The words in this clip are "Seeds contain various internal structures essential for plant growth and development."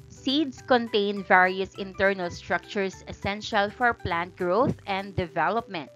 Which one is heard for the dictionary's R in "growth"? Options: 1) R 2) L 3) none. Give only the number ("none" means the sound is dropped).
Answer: 1